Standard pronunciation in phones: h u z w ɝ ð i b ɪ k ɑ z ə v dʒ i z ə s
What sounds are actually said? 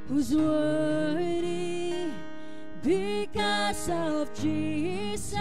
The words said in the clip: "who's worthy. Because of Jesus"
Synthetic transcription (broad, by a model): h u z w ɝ i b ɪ k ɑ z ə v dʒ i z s